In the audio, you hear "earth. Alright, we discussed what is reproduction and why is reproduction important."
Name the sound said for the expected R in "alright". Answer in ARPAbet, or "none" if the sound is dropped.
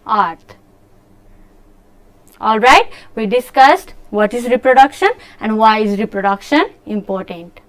R